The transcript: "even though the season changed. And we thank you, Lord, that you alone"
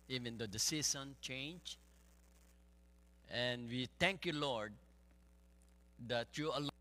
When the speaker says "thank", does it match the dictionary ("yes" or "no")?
no